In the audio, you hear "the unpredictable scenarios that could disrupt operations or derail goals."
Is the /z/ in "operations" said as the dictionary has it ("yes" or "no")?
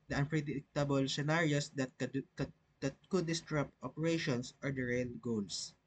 no